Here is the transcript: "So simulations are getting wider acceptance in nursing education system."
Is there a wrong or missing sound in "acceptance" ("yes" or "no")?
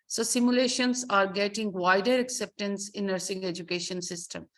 no